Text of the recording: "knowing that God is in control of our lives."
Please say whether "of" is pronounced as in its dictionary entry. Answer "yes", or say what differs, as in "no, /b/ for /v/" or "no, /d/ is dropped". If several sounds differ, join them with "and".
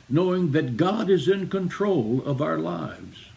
yes